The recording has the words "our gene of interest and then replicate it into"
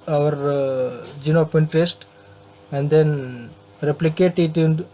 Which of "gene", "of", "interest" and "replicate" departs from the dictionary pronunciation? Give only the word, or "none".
of